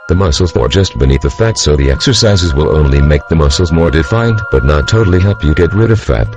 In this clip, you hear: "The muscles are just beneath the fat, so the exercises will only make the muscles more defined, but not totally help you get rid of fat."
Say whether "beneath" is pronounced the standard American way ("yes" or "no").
yes